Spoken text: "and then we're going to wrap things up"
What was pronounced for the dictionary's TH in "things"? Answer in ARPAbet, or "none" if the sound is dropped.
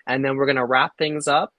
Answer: TH